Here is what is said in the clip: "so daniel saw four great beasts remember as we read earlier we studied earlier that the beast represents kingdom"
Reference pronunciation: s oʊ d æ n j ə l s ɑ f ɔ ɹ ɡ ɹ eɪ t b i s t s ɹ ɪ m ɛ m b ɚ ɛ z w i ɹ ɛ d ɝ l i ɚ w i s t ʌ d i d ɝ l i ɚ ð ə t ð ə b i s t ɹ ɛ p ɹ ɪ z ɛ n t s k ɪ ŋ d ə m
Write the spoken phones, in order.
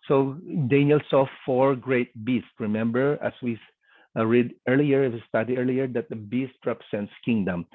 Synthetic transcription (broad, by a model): s oʊ d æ n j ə l s ɑ f ɔ ɹ ɡ ɹ eɪ t b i s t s ɹ ɪ m ɛ m b ɚ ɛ s w i ɹ ɛ d ɝ l i ɚ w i s t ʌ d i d ɝ l i ɚ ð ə t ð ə b i s t ɹ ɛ p ɹ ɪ s ɛ n t s k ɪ ŋ d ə m